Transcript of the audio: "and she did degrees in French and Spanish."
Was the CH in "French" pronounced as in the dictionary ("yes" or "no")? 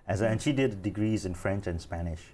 yes